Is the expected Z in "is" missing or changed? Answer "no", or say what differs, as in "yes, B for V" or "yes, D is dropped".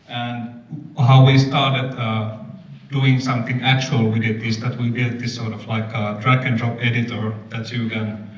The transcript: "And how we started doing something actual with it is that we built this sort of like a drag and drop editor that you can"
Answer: yes, S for Z